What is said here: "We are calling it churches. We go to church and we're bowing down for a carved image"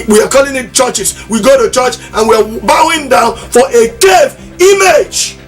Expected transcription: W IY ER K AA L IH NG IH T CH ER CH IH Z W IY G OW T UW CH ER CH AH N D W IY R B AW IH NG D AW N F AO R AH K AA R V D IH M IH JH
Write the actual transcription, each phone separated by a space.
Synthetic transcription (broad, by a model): W IY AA K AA L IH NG IH T CH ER CH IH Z W IY G OW T UW CH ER CH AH N W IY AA B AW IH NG D AW N F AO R AH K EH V IY M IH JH